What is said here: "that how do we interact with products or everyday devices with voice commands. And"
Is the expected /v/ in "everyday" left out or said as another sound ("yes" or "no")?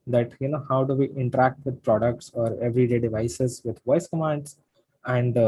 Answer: no